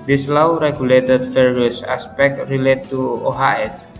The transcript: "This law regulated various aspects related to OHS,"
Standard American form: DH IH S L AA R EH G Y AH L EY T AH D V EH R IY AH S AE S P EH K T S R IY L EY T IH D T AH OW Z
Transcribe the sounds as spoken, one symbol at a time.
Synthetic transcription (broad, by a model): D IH S L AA R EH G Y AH L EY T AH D F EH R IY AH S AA S P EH K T R IY L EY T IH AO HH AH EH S